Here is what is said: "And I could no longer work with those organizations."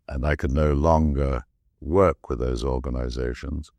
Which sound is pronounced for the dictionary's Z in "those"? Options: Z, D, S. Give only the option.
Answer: Z